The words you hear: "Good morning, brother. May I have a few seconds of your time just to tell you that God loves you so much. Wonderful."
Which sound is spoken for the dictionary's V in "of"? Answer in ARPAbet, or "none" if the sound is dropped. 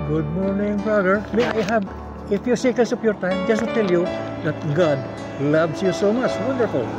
P